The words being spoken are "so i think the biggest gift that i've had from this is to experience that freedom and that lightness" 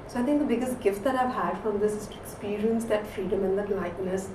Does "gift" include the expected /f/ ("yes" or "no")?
yes